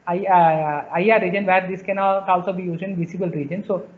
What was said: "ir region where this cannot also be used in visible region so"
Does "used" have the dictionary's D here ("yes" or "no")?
no